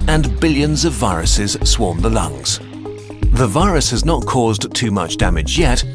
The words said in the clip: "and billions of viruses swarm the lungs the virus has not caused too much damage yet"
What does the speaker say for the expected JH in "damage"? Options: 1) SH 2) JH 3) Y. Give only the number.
2